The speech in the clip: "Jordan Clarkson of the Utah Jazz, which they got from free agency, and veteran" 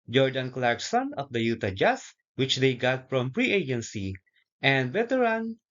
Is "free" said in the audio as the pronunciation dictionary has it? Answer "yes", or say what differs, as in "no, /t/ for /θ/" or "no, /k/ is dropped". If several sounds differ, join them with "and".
no, /p/ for /f/